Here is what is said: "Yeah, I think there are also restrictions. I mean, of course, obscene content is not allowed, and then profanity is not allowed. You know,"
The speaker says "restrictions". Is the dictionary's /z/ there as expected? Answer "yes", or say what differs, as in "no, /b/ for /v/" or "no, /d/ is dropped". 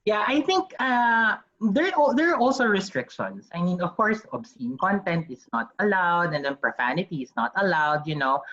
no, /s/ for /z/